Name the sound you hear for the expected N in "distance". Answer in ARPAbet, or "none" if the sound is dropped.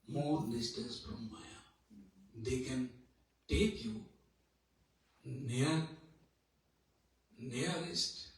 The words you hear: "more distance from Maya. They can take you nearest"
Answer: none